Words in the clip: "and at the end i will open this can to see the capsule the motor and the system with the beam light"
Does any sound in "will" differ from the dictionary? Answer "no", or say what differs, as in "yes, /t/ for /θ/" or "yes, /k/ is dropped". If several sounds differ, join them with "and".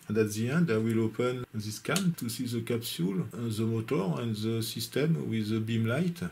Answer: no